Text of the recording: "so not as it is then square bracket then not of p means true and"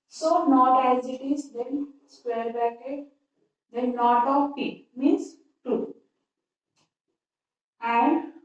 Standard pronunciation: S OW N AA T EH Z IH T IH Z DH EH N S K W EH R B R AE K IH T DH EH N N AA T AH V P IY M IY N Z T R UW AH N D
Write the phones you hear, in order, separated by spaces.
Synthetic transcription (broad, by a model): S OW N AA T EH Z IH T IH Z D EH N S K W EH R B AE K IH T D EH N N AA T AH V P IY M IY N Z T UW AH N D